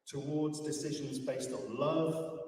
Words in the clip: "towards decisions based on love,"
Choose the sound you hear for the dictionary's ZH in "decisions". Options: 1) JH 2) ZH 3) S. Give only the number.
2